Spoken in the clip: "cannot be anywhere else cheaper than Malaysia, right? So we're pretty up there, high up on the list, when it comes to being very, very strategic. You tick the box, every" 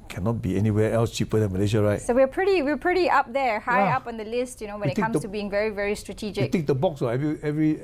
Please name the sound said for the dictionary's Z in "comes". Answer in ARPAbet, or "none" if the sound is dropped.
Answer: none